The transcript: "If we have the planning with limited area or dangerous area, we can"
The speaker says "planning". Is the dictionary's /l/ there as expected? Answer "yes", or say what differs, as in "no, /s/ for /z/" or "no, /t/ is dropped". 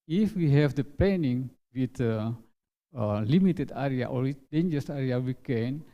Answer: no, /l/ is dropped